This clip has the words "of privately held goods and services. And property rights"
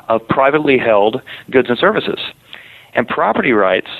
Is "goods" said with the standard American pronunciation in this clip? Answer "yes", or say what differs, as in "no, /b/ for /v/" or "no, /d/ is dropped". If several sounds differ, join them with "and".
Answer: yes